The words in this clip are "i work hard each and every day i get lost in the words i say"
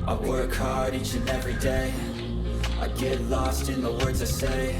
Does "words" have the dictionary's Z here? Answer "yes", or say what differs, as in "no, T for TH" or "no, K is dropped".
yes